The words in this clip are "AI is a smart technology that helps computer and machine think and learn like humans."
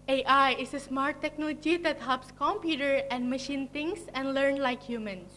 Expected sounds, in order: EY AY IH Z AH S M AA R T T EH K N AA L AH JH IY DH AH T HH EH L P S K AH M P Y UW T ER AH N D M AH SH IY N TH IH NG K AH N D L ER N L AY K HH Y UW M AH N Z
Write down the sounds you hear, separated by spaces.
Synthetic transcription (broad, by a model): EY AY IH S AH S M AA R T T EH K N AA L AH JH IY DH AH T HH EH L P S K AH M P Y UW T ER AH N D M AH SH IY N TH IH NG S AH N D L ER N L AY K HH Y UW M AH N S